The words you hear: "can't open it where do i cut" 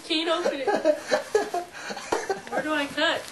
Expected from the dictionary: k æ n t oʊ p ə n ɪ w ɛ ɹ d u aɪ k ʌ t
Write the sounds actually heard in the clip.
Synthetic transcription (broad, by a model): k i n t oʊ ə ɪ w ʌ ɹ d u aɪ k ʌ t